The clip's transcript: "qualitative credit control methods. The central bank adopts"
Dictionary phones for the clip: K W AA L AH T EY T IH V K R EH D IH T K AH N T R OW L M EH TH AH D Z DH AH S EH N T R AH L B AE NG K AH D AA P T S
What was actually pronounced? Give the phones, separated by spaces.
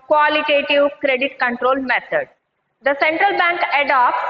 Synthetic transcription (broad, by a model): K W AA L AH T EY T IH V K R EH D IH T K AH N T R OW L M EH T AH D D AH S EH N T R AH L B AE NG K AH D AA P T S